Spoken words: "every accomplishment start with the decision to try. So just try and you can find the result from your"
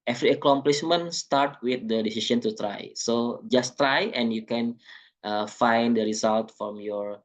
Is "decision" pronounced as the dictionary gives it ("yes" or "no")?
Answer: no